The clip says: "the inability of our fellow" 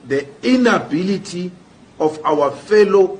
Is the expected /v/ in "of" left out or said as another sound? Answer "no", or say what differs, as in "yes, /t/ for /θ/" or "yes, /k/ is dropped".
yes, /f/ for /v/